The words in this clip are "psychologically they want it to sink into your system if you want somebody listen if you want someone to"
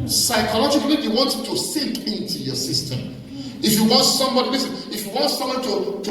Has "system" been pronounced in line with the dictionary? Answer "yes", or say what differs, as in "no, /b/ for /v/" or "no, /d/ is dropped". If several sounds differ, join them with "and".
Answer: yes